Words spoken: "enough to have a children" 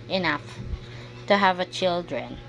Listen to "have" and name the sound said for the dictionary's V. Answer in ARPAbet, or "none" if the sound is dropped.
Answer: V